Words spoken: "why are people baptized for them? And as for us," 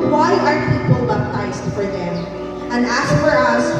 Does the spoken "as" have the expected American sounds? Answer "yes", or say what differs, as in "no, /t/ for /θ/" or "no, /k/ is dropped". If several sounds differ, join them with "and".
no, /s/ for /z/